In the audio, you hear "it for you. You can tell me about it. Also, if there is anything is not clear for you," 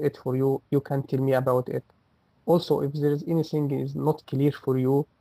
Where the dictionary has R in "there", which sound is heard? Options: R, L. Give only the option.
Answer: R